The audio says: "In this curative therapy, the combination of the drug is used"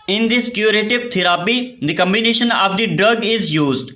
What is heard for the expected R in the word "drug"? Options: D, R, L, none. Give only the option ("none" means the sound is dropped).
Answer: R